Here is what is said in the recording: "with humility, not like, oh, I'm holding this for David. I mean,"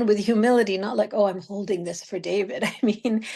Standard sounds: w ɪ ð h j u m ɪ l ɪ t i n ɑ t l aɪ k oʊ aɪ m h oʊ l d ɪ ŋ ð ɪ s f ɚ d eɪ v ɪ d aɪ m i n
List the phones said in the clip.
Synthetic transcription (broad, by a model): w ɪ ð j u m ɪ l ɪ t i n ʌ t l aɪ k oʊ aɪ m h oʊ l d ɪ ŋ ð ɪ s f ɚ d eɪ v ɪ d aɪ m i n